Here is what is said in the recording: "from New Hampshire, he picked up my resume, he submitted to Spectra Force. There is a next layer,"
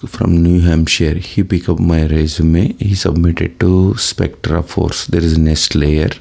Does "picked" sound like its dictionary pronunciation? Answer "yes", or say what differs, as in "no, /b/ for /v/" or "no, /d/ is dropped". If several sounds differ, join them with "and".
no, /t/ is dropped